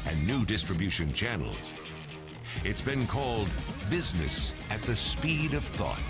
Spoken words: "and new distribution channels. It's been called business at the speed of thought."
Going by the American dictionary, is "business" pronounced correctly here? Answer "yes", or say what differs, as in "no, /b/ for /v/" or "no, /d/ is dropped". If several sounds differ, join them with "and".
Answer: yes